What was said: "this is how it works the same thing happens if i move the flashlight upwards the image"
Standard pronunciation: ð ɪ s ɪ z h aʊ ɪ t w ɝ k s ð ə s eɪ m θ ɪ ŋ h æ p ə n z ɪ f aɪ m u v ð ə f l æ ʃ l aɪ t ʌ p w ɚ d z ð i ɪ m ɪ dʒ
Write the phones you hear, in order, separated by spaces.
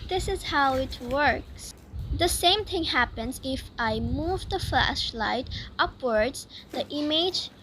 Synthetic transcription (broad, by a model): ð ɪ s ɪ z h aʊ ɪ t w ɝ k s ð ə s eɪ m θ ɪ ŋ h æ p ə n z ɪ f aɪ m u v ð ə f l æ ʃ l aɪ t ʌ p w ɚ d z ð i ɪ m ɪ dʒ